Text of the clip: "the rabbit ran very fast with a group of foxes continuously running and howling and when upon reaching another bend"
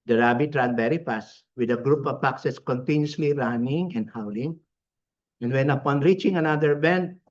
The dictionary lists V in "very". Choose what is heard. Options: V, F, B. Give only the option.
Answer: B